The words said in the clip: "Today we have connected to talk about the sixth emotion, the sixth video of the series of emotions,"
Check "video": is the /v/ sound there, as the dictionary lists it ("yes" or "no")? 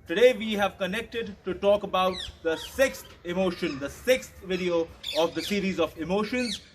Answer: yes